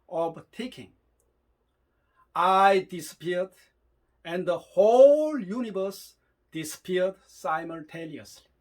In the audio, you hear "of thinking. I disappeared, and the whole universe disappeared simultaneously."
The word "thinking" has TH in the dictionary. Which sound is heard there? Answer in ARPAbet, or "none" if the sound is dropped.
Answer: T